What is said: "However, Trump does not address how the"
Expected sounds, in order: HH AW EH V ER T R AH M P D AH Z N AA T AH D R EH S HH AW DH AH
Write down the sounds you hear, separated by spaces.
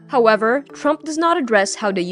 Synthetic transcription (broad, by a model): HH AW EH V ER T R AH M P D AH Z N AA T AH D R EH S HH AW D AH